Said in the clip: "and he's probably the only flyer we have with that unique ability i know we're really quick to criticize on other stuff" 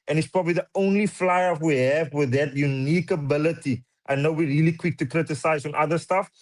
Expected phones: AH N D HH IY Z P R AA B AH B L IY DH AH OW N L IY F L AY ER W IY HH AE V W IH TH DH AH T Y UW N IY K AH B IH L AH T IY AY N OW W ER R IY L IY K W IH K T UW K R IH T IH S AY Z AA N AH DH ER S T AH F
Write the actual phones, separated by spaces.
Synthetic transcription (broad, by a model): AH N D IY S P R AA B AH B L IY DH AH OW N L IY F L AY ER W IY HH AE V W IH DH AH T Y UW N IY K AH B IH L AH T IY AY N OW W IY R IY L IY K W IH K T UW K R IH T IH S AY Z AA N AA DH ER S T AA F